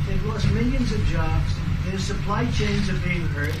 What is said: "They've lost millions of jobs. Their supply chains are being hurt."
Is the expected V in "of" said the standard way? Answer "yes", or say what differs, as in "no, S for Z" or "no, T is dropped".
yes